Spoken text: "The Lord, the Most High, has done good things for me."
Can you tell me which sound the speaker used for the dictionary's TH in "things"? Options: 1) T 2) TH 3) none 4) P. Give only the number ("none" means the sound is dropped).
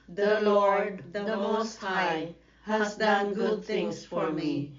1